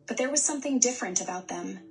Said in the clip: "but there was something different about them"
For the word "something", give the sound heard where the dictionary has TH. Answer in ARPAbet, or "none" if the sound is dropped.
TH